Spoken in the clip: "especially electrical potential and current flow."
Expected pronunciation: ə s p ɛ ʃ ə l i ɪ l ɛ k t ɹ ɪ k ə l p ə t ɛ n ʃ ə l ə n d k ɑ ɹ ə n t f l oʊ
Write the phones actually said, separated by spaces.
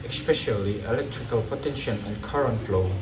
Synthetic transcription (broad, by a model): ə s p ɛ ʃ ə l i ɪ l ɛ k t ɹ ɪ k ə l p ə t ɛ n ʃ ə n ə n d k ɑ ɹ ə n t f l oʊ